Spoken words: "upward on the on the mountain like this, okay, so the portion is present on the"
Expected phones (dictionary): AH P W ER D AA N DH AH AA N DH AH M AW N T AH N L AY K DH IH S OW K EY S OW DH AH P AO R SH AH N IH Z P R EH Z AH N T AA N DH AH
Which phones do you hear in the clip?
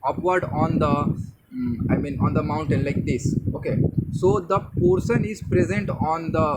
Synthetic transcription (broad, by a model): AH P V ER D AA N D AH AA N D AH M AW N T AH N L AY K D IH S OW K EY S OW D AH P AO R S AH N IH Z P R EH Z AH N T AA N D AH